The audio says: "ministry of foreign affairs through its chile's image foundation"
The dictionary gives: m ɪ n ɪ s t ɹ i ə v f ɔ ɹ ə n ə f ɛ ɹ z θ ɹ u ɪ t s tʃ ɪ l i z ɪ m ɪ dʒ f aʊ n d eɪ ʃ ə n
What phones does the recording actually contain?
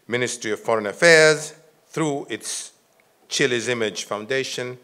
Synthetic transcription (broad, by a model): m ɪ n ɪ s t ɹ i ə v f ɔ ɹ ə n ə f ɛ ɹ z θ ɹ u ɪ t s tʃ ɪ l i z ɪ m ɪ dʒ f aʊ n d eɪ ʃ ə n